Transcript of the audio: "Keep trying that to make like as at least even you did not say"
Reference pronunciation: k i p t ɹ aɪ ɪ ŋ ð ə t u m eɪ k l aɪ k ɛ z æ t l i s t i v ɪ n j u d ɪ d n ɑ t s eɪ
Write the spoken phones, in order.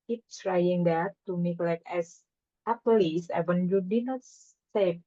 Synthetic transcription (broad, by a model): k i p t ɹ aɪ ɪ ŋ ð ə t u m eɪ k l aɪ k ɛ s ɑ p l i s ɛ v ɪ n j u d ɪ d n ɑ t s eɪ